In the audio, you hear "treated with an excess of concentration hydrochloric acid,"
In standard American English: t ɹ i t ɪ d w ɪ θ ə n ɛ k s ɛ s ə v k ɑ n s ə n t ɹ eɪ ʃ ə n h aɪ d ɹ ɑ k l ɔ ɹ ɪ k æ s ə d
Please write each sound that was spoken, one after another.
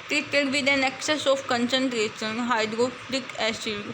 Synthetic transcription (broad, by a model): t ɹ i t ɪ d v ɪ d ə n ɛ k s ɛ s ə f k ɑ n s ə n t ɹ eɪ s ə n h aɪ d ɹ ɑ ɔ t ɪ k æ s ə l